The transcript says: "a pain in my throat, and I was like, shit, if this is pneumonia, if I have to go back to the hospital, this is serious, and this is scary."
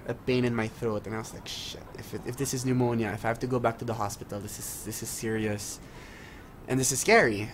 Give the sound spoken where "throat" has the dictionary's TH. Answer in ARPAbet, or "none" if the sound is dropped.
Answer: TH